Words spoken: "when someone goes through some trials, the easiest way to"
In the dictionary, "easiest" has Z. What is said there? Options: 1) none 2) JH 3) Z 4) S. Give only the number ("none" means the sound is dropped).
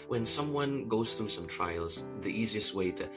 3